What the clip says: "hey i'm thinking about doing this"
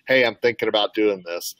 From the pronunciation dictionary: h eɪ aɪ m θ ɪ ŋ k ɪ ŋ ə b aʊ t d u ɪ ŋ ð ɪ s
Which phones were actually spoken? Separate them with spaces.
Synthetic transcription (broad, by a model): h eɪ aɪ m θ ɪ ŋ k ɪ ŋ ə b aʊ t d u ɪ ŋ ð ɪ s